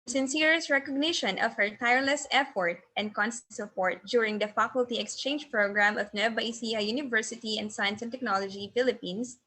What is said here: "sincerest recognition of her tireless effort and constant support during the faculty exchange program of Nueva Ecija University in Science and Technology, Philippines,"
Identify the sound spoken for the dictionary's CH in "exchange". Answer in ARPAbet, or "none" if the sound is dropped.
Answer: CH